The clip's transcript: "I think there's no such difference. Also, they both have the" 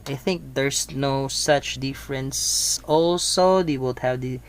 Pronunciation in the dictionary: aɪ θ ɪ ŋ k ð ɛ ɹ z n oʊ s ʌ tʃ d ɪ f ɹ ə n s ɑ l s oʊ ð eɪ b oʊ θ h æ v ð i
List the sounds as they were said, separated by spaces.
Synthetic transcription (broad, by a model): aɪ θ ɪ ŋ k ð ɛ ɹ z n oʊ s ʌ tʃ d ɪ f ɹ ə n s ɑ l s oʊ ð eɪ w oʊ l h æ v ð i